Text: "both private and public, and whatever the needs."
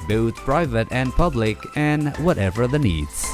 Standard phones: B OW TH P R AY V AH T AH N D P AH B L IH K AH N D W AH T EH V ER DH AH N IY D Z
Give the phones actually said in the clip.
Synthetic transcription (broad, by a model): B OW TH P R AY V AH T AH N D P AH B L IH K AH N W AH T EH V ER DH AH N IY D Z